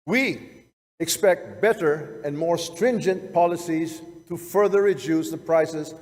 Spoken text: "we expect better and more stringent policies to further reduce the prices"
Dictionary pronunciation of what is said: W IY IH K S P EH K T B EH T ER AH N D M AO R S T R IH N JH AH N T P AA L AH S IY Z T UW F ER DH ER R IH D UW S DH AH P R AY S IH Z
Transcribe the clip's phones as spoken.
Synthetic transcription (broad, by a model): W IY IH K S P EH K T B EH T ER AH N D M AO R S T R IH N JH AH N T P AA L AH S IY Z T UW F ER DH ER R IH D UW S DH AH P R AY S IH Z